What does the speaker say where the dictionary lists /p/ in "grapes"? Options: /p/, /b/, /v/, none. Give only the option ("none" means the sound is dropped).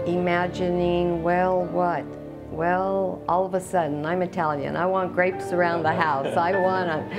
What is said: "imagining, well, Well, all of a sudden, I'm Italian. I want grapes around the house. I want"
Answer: /p/